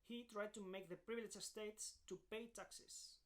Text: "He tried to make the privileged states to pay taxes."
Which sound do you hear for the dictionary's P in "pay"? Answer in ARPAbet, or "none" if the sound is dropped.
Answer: P